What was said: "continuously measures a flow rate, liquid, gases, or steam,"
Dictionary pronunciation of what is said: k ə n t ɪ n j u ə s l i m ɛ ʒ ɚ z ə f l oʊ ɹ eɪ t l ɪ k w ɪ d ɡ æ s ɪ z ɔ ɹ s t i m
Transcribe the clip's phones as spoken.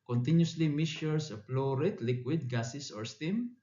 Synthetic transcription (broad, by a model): k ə n t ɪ n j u s l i m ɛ s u s ə p l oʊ ɹ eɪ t l ɪ k w ɪ d ɡ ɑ s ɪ s ɔ ɹ s t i m